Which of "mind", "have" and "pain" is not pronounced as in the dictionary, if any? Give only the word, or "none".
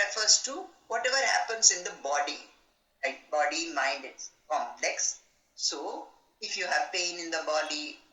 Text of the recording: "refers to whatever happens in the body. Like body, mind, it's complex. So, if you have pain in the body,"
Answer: none